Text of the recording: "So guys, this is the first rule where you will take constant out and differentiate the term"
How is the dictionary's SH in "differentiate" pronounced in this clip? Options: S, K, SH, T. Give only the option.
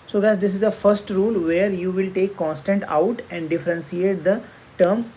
S